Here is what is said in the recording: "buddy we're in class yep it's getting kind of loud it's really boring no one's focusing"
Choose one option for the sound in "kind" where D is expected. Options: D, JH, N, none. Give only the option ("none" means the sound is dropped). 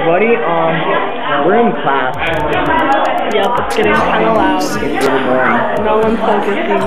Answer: none